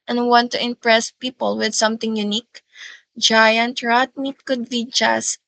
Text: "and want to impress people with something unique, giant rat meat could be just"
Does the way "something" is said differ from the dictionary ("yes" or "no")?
yes